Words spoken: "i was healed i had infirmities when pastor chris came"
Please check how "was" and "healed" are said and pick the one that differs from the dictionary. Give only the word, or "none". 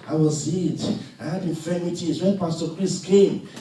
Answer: healed